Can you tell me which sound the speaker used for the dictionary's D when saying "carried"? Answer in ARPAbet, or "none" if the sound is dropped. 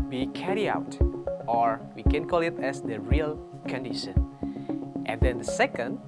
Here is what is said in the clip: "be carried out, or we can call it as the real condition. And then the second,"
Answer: none